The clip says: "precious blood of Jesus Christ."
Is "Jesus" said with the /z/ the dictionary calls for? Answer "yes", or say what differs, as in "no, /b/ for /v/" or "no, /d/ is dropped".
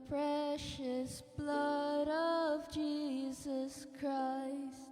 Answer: yes